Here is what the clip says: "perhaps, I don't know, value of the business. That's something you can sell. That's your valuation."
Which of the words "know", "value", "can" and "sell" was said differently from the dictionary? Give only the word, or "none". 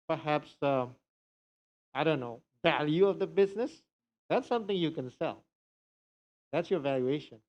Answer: none